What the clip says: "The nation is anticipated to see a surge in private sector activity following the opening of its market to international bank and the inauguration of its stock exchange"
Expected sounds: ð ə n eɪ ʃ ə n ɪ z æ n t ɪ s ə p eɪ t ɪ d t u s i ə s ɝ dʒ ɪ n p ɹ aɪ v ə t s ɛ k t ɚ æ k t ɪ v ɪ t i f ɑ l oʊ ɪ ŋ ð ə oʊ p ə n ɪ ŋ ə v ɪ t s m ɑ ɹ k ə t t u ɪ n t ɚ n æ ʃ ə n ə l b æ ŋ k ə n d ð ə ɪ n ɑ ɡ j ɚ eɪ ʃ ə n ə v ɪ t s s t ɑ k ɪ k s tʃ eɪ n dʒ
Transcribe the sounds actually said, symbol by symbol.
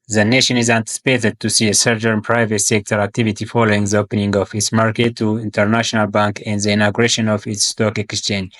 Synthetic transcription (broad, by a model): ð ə n eɪ ʃ ə n ɪ z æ n t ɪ s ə p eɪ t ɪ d t u s i ə s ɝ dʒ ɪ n p ɹ aɪ v ə t s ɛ k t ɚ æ k t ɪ v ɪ t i f ɑ l oʊ ɪ ŋ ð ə oʊ p ə n ɪ ŋ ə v ɪ t s m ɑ ɹ k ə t t u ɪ n t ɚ n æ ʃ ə n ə l b æ ŋ k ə n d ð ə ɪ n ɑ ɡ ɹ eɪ ʃ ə n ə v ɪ t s s t ɑ k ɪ k s tʃ eɪ n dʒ